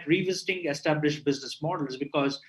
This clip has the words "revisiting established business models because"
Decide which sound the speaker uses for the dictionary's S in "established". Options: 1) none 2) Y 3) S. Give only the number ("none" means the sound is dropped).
3